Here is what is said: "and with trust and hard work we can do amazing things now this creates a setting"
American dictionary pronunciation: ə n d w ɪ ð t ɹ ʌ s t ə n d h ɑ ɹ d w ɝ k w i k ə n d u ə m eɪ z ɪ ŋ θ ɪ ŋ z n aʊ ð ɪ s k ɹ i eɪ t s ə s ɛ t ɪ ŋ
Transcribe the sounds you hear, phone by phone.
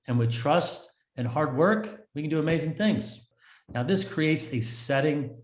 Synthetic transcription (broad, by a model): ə n w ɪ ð t ɹ ʌ s t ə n h ɑ ɹ d w ɝ k w i k ə n d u ə m eɪ z ɪ ŋ θ ɪ ŋ z n aʊ ð ɪ s k ɹ i eɪ t s ə s ɛ t ɪ ŋ